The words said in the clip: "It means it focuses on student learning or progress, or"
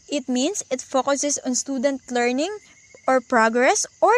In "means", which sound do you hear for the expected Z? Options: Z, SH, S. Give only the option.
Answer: S